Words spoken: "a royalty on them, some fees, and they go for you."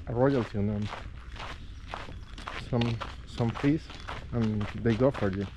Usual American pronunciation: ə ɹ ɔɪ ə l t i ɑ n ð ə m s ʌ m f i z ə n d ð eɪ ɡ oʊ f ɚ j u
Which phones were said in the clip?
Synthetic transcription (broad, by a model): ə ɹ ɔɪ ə l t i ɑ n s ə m s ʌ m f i s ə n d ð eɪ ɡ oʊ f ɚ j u